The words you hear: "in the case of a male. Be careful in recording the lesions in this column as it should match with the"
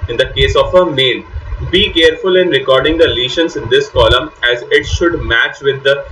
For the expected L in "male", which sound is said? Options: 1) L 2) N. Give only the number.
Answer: 2